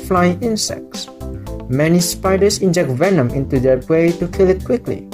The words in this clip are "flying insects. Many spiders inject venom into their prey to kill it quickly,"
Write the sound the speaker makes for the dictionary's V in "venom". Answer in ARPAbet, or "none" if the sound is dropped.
V